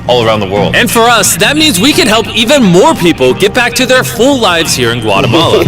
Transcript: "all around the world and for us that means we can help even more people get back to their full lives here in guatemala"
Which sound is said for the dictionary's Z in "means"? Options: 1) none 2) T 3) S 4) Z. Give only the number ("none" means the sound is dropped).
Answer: 4